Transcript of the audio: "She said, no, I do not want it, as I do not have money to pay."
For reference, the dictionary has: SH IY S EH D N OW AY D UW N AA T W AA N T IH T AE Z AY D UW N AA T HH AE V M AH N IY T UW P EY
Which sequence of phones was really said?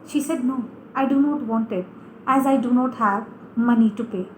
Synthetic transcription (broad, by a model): SH IY S EH D N OW AY D UW N AA T W AA N T IH T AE Z AY D UW N AA T HH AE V M AH N IY T UW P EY